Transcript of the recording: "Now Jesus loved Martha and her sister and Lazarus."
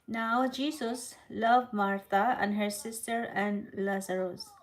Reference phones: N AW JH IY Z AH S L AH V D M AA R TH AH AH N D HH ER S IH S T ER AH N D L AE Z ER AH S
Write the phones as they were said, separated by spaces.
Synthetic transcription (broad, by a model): N AW JH IY S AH S L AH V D M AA R T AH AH N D HH ER S IH S T ER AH N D L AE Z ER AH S